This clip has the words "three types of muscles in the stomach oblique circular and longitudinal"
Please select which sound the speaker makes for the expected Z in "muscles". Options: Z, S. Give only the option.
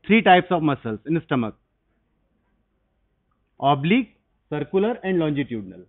S